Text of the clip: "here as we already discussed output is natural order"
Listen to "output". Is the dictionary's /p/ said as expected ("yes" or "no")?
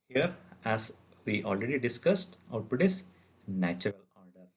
no